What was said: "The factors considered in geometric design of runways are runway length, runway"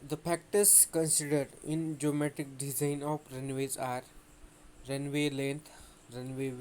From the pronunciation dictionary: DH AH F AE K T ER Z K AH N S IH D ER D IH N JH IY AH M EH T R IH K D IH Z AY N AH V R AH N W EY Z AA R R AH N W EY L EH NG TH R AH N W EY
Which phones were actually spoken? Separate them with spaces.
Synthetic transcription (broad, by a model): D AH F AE K T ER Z K AH N S IH D ER D IH N JH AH M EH T IH K D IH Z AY N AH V R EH N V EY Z AA R R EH N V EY L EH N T R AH N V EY